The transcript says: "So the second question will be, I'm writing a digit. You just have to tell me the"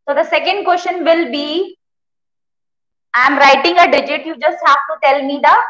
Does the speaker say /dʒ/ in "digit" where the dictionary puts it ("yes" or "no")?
yes